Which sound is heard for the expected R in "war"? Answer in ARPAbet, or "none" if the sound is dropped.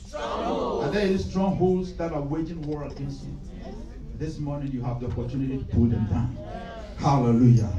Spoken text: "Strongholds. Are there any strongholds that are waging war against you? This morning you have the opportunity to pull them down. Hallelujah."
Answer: R